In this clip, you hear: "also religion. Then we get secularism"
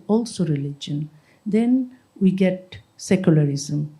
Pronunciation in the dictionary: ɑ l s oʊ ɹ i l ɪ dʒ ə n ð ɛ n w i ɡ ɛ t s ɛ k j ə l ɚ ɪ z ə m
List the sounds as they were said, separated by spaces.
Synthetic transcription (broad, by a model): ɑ l s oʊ ɹ i l ɪ dʒ ə n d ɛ n w i ɡ ɛ t s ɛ k j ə l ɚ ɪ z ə m